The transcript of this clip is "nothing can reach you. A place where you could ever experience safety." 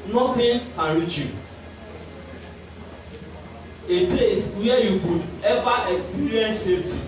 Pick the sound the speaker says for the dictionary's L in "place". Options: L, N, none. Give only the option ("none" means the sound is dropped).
none